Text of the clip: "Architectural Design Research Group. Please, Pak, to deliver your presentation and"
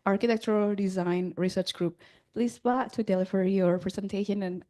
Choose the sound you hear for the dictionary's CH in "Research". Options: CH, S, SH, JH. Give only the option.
CH